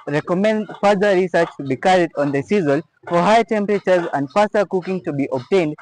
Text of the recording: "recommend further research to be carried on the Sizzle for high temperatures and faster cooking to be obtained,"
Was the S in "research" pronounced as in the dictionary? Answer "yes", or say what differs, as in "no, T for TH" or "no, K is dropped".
yes